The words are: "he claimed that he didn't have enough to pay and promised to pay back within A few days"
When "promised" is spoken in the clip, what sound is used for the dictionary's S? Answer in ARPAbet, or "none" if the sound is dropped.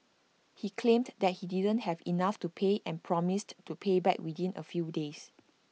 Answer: S